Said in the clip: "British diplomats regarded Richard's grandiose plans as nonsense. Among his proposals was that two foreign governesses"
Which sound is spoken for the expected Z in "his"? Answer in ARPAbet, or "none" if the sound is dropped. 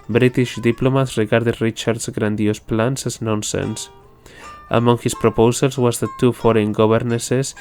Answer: S